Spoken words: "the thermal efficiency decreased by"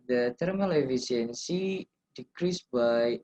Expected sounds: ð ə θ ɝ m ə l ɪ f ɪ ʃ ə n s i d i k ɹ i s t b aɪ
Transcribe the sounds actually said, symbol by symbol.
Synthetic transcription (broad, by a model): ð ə t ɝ m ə l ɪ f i s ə n s i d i k ɹ i s b aɪ